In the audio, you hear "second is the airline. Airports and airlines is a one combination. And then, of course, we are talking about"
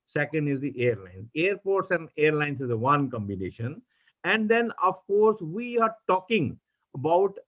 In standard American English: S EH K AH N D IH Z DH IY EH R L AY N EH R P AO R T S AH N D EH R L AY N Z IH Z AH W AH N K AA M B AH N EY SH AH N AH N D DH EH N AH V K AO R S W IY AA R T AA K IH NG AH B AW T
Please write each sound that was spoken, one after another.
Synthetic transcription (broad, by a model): S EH K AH N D IH Z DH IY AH R L AY N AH R P AO R T S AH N D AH R L AY N S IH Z AH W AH N K AA M B AH N EY SH AH N AH N D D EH N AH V K AO R S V IY AA R T AA K IH NG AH B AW T